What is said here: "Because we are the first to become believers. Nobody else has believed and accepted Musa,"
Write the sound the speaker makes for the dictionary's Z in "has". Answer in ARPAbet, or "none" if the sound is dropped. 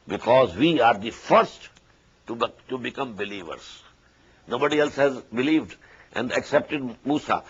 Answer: Z